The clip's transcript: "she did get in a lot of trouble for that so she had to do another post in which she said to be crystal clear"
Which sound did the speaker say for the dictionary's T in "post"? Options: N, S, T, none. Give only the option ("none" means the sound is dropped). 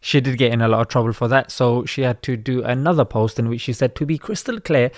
T